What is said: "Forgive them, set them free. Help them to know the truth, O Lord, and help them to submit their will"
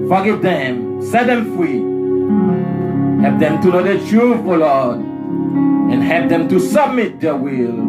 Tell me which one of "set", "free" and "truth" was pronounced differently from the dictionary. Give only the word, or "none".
truth